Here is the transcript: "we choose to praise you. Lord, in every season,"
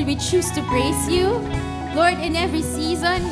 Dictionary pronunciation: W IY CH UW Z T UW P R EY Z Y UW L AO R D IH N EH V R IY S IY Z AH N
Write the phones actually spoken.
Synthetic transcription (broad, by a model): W IY CH UW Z T UW B R EY S Y UW L AO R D IH N EH V R IY S IY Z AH N